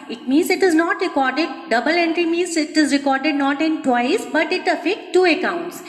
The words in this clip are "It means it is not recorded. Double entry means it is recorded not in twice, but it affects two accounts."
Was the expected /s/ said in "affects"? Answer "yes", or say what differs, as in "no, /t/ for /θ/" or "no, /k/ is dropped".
no, /s/ is dropped